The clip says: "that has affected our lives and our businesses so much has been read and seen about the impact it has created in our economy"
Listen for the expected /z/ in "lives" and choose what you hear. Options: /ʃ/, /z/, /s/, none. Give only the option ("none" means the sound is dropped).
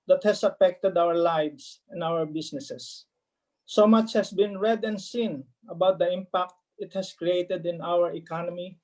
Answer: /s/